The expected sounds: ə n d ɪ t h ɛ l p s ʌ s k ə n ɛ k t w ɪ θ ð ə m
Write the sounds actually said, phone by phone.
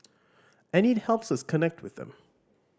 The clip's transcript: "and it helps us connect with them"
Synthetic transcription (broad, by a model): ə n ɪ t h ɛ l p s ʌ s k ə n ɛ k t w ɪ ð ə m